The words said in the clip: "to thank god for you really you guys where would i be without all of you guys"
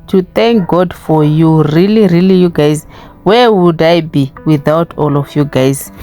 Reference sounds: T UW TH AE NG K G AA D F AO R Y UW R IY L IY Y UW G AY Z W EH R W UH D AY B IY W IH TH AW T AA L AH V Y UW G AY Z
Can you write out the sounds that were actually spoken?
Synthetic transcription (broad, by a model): T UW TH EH NG K G AA D F AO R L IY R IY L IY Y UW G AY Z W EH W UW D AY B IY W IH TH AW T AA L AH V Y UW G AY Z